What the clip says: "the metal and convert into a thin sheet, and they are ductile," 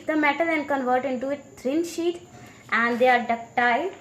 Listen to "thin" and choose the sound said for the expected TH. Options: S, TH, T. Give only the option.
T